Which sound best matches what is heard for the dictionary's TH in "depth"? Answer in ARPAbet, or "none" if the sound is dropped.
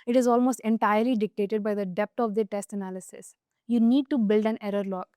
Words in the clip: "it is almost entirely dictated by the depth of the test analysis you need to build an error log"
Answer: T